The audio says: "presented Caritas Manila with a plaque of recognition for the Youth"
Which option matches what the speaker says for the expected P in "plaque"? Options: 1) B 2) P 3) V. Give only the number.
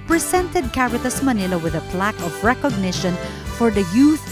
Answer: 2